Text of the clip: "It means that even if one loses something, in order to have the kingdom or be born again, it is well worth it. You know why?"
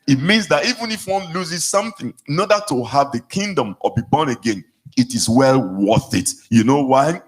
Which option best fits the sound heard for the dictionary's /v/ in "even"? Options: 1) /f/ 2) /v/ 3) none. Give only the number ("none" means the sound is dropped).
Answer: 2